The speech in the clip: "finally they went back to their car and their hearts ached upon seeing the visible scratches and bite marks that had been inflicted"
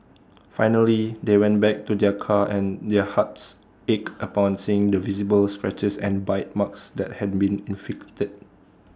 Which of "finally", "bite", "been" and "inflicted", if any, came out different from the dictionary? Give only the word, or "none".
inflicted